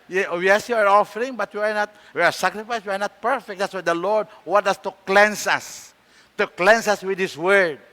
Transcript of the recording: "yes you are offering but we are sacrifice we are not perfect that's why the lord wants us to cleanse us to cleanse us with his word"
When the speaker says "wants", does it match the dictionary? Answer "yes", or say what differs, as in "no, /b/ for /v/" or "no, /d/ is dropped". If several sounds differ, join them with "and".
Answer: no, /n/ is dropped and /s/ is dropped